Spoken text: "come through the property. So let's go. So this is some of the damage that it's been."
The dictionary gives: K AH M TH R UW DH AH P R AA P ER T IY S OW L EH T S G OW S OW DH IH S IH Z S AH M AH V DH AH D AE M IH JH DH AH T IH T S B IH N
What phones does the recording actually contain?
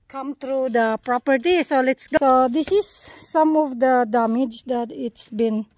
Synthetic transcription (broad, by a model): K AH M T R UW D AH P R AA P ER T IY S OW L EH T S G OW S OW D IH S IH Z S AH M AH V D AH D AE M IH JH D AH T IH T S B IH N